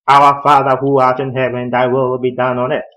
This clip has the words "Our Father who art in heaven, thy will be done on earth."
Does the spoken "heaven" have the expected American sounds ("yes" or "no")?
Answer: no